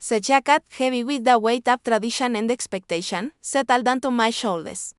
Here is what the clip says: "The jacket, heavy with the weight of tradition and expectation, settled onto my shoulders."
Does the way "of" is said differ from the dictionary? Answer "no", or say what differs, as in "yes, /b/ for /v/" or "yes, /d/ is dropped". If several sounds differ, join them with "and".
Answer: yes, /p/ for /v/